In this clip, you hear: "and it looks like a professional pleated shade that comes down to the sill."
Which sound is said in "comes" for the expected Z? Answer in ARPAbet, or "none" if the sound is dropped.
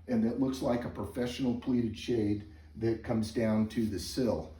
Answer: Z